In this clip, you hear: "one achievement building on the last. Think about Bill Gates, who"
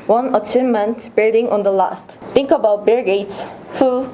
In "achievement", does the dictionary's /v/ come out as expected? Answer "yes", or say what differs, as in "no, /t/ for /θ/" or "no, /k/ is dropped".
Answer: no, /v/ is dropped